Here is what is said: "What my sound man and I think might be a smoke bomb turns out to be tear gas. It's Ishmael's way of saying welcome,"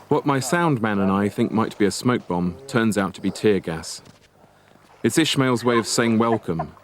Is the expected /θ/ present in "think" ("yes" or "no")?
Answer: yes